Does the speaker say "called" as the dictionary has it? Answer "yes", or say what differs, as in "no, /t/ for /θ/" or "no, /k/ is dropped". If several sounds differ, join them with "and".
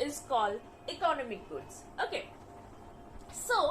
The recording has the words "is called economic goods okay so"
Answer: no, /d/ is dropped